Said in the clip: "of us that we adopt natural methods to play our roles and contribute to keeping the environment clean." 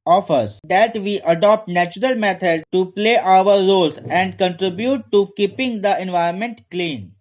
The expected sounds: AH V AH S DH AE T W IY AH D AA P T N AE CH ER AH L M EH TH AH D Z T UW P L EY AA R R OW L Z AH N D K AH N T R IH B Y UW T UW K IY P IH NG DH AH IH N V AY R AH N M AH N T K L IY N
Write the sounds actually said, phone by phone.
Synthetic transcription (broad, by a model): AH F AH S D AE T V IY AH D AA P T N AE CH ER AH L M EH T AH D T UW P L EY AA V R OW L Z AH N D K AH N T R IH B Y UW T UW K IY P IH NG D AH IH N V AY AH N M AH N T K L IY N